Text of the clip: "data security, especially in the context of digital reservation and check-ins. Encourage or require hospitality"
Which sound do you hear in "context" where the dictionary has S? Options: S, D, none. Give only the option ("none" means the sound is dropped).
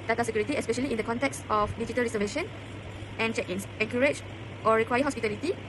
S